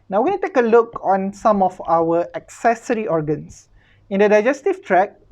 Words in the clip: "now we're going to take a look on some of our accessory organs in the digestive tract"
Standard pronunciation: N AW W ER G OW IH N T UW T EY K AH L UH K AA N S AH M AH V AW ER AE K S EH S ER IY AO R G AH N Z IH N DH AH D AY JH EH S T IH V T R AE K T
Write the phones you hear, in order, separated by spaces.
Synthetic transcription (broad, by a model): N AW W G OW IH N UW T EY K AH L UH K AA N S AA M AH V AW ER AE K S EH S ER IY AO R G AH N S IH N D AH D AY JH EH S T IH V T R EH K